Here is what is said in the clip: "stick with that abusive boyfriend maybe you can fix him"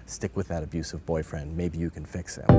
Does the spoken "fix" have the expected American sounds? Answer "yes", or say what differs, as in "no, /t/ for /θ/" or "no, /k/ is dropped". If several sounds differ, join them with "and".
yes